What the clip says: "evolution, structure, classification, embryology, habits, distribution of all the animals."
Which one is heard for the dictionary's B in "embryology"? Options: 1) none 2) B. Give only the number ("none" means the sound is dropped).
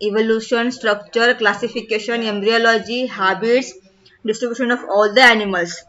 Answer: 2